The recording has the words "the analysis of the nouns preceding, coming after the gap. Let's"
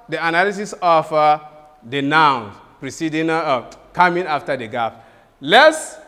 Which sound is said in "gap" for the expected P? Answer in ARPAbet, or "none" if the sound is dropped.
F